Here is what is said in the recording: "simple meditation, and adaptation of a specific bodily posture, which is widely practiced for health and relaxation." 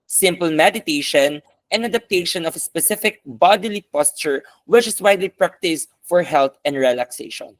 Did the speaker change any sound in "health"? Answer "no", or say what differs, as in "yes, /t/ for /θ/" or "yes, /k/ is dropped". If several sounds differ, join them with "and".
yes, /t/ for /θ/